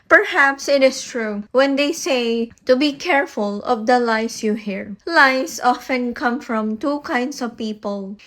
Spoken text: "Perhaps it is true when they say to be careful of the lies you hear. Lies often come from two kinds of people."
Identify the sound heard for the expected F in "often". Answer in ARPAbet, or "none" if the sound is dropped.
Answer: F